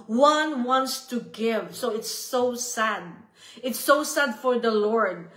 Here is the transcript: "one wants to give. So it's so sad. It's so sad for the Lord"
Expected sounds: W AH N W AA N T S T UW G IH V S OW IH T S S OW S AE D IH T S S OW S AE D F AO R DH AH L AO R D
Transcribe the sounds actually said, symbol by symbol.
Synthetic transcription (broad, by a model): W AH N W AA N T S T UW G IH V S OW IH T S S OW S AE D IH T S S OW S AE D F AO R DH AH L AO R D